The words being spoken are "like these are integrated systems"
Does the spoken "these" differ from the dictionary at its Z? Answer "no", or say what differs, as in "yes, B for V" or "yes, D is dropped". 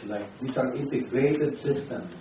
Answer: yes, S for Z